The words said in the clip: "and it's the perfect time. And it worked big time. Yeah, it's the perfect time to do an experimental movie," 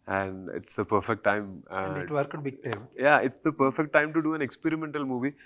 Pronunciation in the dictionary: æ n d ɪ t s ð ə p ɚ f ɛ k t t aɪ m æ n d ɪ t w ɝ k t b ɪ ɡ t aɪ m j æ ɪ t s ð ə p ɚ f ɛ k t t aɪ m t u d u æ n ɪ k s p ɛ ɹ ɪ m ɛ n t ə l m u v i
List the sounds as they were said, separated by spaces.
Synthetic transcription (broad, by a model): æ n d ɪ t s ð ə p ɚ f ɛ k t t aɪ m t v ɪ t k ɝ t b ɪ ɡ t aɪ m j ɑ ɪ t s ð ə p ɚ f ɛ k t t aɪ m t u d u æ n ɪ k s p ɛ ɹ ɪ m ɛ n t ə l m u v i